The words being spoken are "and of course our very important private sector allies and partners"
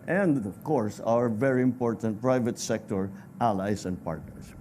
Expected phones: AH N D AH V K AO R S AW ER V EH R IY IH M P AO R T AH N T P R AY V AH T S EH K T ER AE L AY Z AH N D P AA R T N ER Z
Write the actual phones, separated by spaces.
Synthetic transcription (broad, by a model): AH N D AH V K AO R S AW ER V EH R IY IH M P AO R T AH N T P R AY V AH T S EH K T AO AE L AY S AH N D P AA R T N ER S